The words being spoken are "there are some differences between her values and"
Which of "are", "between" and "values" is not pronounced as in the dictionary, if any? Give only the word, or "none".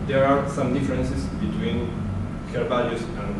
values